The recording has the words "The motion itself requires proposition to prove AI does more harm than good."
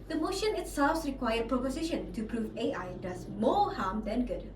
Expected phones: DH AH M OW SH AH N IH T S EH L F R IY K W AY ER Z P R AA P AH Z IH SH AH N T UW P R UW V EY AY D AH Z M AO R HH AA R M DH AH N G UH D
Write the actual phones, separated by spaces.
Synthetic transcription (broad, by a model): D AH M OW SH AH N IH T S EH L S R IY K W AY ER P R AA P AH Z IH SH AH N T UW P R UW V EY AY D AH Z M AO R HH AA M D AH N G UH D